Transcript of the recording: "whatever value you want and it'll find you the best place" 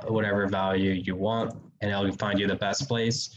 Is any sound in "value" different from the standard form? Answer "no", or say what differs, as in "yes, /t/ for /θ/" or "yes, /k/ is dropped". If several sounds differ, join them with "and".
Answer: no